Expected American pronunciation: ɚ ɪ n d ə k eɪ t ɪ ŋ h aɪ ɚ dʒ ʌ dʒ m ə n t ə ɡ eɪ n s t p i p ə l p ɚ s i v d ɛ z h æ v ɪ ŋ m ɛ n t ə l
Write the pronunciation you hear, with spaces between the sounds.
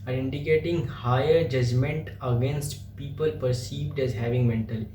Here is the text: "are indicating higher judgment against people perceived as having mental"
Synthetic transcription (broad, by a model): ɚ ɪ n d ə k eɪ t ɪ ŋ h aɪ ɚ dʒ ʌ dʒ m ə n t ə ɡ eɪ n s t p i p ə l p ɚ s i v d ɛ z h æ v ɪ ŋ m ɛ n t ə l